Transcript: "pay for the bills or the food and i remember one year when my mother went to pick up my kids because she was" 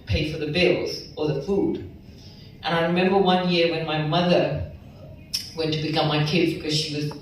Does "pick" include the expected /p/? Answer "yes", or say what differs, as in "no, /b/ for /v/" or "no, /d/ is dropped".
no, /b/ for /p/